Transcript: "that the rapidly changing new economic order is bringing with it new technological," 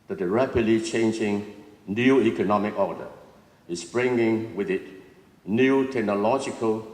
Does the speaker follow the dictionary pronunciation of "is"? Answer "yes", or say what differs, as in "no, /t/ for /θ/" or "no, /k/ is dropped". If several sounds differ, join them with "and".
no, /s/ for /z/